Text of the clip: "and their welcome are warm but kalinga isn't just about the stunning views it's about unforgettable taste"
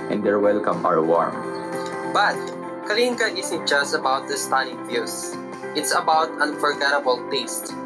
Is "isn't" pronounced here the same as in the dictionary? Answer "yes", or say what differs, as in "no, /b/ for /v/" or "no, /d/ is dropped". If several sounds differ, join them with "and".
no, /s/ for /z/